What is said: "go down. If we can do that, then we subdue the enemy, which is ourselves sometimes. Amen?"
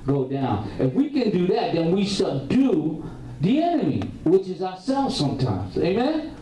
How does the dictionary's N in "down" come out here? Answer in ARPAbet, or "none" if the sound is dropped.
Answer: N